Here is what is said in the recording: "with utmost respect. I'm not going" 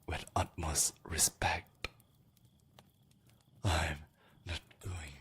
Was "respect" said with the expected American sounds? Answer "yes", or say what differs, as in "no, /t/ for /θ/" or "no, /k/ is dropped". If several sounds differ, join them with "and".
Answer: yes